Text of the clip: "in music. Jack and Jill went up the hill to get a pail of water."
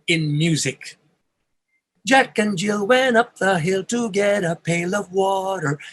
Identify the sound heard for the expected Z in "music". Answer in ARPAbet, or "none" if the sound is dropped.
Z